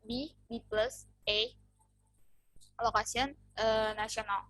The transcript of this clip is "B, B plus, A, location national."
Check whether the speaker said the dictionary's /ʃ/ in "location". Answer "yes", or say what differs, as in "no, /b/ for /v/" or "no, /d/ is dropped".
no, /s/ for /ʃ/